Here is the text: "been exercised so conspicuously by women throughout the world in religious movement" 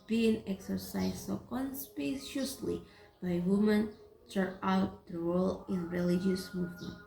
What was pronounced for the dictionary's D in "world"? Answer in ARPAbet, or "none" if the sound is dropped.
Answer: none